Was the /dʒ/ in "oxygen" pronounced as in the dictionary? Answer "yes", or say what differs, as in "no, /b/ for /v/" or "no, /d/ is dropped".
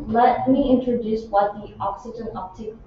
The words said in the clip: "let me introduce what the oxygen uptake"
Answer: yes